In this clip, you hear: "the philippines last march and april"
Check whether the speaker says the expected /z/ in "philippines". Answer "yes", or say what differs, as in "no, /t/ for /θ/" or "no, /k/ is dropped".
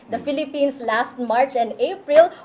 no, /s/ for /z/